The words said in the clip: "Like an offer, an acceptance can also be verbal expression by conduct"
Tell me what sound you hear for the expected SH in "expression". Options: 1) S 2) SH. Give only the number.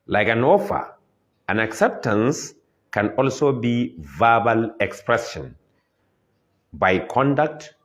1